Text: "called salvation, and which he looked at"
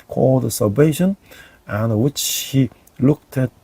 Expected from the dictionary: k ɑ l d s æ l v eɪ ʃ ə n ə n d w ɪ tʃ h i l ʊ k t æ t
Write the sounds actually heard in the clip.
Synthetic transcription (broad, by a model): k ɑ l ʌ s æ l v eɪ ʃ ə n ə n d w ɪ tʃ h i l ʊ k t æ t